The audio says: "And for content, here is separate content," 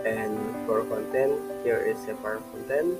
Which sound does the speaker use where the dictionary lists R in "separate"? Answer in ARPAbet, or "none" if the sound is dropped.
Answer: none